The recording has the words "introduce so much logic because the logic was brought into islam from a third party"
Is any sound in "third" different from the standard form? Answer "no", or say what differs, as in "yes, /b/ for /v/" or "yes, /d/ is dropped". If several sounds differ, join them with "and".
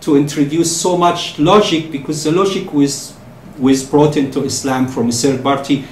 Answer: yes, /s/ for /θ/